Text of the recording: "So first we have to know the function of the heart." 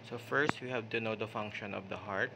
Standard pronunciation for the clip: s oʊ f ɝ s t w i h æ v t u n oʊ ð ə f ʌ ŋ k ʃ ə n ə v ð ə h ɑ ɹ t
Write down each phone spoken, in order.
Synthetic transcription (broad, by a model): s oʊ f ɝ s t w i h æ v t u n oʊ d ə f ʌ ŋ k ʃ ə n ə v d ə h ɑ ɹ t